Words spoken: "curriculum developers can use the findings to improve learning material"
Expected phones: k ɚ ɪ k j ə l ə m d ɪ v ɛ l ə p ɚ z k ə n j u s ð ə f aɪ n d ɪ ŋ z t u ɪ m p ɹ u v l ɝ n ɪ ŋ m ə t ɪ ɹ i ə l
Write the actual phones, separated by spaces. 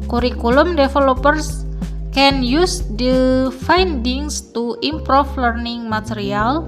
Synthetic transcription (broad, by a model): k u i k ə l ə m d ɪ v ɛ l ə p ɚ s k ə n j u s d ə f aɪ n d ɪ ŋ s t u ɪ m p ɹ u f l ɝ n ɪ ŋ m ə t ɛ ɹ i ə l